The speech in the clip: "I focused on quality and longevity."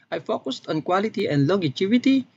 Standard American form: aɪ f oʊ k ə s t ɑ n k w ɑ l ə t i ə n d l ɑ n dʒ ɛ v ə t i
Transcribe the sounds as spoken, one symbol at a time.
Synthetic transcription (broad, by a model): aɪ f oʊ k ə s t ɑ n k w ɑ l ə t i ə n d l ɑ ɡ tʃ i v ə t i